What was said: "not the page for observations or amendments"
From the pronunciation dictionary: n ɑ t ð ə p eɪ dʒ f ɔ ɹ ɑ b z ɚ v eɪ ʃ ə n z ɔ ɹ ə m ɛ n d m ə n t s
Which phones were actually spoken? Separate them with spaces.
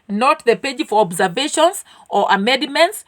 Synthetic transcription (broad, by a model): n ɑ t ð ə p eɪ dʒ f ɔ ɹ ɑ b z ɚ v eɪ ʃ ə n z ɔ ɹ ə m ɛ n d m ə n t s